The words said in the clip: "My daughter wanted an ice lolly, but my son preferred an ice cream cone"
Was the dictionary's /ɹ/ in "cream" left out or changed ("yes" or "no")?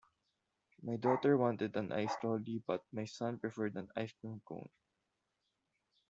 yes